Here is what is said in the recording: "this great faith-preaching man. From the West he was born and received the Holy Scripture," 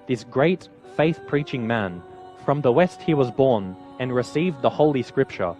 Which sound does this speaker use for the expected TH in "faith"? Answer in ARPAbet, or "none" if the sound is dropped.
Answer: TH